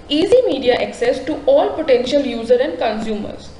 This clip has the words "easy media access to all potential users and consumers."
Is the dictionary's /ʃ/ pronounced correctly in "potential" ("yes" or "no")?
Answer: yes